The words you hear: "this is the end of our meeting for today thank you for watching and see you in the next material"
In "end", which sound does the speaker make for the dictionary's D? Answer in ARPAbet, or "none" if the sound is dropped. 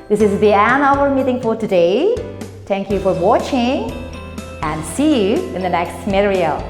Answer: none